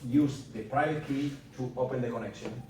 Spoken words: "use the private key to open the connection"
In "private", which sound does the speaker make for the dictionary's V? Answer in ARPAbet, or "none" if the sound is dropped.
none